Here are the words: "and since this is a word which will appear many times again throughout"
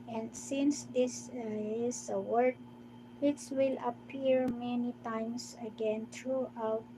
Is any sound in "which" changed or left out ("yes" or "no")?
yes